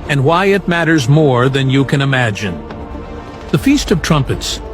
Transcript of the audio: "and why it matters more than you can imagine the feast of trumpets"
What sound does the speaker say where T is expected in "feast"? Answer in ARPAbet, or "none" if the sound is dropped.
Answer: T